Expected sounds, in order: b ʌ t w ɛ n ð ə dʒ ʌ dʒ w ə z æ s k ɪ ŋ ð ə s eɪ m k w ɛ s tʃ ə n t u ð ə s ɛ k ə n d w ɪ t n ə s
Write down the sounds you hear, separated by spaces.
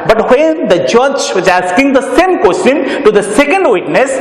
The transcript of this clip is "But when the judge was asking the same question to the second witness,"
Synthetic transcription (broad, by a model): b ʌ t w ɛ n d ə dʒ ʌ dʒ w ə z æ s k ɪ ŋ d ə s eɪ m k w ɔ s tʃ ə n t u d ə s ɛ k ə n d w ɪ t n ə s